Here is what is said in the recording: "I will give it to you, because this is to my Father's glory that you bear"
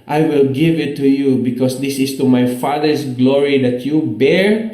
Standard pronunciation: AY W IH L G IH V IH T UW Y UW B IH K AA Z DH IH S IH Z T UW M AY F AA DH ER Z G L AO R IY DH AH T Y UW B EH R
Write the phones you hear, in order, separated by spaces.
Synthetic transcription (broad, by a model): AY W IH L G IH V IH T UW Y UW B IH K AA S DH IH S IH S T UW M AY F AA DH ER S G L AO R IY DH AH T Y UW B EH R